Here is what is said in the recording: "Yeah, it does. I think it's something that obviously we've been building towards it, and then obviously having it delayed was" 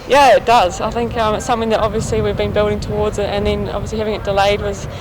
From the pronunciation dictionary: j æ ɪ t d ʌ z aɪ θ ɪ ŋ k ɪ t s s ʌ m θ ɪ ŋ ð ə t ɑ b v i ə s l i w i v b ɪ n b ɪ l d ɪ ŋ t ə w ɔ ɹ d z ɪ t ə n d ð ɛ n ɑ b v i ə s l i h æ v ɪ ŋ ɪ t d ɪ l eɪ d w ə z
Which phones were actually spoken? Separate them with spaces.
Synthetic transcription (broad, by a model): j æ ɪ t d ʌ z aɪ θ ɪ ŋ k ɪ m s s ʌ m θ ɪ ŋ ð ə t ɑ b v i ə s l i w i v b ɪ n b ɪ l d ɪ ŋ t ə w ɔ ɹ d z ɪ t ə n ð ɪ n ɑ b v i ə s l i h æ v ɪ ŋ ɪ t d ɪ l eɪ d w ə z